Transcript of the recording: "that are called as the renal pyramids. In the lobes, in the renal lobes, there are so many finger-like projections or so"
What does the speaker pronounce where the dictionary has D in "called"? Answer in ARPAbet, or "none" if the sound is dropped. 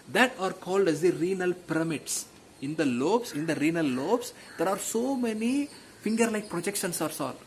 D